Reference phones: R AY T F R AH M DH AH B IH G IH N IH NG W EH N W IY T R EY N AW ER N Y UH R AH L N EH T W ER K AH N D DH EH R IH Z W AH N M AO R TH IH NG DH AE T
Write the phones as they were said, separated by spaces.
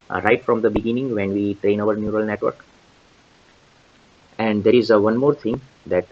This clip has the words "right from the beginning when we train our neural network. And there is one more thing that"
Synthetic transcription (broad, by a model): R AY T F R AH M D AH B IH G IH N IH NG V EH N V IY T R EY N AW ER N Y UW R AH L N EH T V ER K AH N D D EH R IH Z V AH N M AO R T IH NG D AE T